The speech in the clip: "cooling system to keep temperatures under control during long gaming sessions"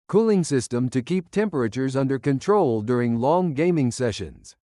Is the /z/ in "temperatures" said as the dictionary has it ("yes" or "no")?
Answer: yes